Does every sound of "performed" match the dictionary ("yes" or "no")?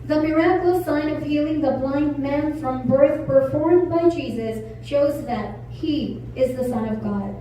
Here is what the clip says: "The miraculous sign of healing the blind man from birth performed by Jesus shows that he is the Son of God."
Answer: yes